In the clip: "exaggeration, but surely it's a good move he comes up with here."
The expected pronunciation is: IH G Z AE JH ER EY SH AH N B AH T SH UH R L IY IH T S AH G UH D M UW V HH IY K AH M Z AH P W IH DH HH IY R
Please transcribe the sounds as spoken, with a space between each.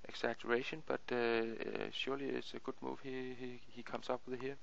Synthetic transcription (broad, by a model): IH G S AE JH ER EY SH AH N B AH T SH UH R L IY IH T S AH G UH D M UW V HH IY K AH M S AH P W IH DH HH IY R